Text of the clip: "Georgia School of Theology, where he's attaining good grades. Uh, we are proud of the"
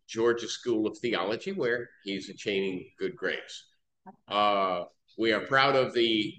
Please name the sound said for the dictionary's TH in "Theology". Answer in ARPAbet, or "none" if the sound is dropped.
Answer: TH